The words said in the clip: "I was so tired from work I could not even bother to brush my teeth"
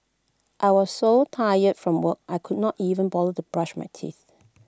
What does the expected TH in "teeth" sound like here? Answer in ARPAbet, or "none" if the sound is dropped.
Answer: TH